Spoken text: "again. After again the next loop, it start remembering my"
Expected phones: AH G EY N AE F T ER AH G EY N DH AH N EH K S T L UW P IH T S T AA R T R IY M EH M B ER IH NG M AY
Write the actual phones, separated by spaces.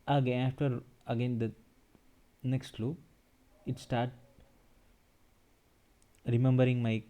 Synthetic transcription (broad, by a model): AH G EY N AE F T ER AH G EY N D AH N EH K S T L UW IH T S T AA R T R IY M EH M B ER IH NG M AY